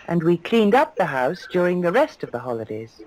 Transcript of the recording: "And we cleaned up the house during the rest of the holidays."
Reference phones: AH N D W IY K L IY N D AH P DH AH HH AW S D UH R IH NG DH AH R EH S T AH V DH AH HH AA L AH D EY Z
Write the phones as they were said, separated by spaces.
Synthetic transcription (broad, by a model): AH N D W IY K L IY N D AH P DH AH HH AW S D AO R IH NG DH AH R EH S T AH V DH AH HH AA L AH D EY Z